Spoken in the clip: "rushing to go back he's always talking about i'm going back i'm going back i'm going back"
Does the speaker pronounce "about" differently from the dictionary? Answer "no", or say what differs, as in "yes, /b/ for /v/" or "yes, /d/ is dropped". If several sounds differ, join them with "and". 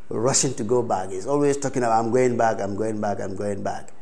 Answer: yes, /t/ is dropped